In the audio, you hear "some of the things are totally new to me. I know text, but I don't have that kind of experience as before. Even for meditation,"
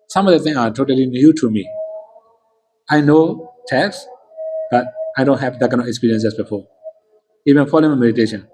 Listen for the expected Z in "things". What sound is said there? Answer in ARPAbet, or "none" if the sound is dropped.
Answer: none